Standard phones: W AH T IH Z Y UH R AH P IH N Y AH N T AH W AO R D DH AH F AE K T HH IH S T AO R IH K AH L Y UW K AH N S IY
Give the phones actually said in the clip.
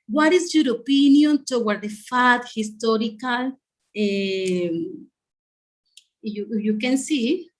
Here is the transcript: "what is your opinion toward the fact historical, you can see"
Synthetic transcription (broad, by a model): W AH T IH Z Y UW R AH P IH N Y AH N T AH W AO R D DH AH F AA T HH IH S T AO R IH K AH L Y UW K AH N S IY